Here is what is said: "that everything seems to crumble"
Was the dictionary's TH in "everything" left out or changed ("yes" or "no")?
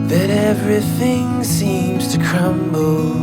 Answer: no